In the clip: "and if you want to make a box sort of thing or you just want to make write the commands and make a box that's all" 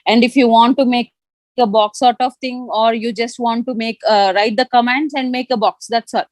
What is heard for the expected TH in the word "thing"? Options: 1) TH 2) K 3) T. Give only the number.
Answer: 3